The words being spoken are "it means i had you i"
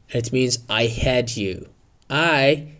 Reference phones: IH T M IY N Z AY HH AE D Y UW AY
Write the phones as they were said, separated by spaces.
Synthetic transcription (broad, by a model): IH T M IY N Z AY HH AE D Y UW AY